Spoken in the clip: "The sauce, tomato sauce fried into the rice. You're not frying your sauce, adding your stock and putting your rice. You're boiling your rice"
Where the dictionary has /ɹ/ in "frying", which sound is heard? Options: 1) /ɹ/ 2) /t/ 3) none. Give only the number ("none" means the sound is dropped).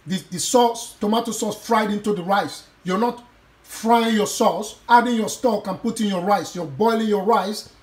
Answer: 1